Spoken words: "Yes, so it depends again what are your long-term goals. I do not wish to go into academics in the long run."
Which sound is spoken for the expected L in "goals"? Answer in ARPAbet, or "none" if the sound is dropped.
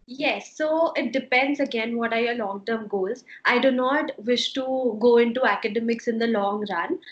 none